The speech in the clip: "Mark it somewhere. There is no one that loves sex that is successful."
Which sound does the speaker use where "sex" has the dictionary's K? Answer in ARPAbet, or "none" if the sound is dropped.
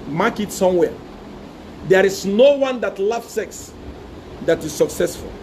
K